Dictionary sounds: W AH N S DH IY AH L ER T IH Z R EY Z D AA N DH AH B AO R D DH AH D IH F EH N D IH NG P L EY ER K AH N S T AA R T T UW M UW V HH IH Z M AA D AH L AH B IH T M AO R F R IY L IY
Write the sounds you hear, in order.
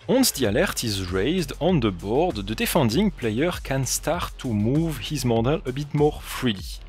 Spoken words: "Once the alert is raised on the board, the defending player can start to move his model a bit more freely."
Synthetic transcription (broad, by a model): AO N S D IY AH L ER T IH Z R EY Z D AA N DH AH B AO R D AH D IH F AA N D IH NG P L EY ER K AH N S T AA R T T UW M UW V HH IH Z M AA D AH L AH B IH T M AO R F R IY L IY